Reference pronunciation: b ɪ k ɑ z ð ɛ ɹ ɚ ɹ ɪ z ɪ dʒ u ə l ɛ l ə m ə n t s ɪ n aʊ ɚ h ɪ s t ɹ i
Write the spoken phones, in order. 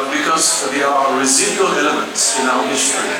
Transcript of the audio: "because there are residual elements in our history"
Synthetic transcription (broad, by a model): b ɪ k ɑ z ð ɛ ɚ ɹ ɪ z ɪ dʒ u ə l ɛ l ə m ə n t s ɪ n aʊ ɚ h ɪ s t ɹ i